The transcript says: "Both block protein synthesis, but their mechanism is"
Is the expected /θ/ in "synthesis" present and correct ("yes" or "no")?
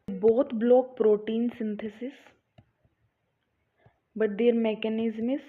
no